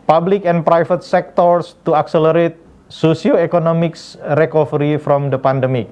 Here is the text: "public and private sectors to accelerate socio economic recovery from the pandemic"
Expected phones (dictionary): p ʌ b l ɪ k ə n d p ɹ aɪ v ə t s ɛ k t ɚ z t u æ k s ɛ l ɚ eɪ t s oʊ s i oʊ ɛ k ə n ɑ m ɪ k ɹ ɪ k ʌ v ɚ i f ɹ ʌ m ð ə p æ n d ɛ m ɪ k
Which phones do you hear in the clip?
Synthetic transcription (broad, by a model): p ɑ b l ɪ k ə n p ɹ aɪ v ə t s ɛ k t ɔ s t u æ k s ɛ l ɚ eɪ t s oʊ s i oʊ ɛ k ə n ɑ m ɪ k ɹ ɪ k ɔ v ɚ i f ɹ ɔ m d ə p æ n d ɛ m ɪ k